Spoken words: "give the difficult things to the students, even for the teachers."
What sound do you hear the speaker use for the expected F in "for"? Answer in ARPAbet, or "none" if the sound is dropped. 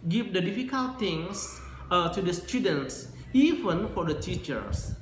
F